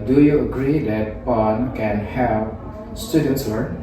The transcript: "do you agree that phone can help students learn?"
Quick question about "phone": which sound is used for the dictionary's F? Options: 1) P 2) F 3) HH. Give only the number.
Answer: 1